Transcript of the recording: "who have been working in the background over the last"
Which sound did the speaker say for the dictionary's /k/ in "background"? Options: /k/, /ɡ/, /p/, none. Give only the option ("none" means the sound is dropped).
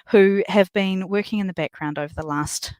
/k/